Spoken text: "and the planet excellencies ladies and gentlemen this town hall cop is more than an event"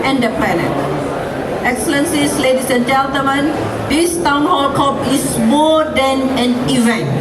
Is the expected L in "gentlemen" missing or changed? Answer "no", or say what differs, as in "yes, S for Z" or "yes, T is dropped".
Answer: yes, L is dropped